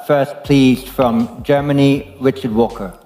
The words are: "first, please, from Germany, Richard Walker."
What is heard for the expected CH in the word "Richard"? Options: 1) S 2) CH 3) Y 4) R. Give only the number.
2